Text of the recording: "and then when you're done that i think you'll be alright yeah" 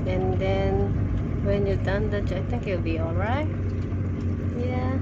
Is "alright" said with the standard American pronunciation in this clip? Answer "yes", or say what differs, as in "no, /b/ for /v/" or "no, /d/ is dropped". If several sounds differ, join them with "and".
yes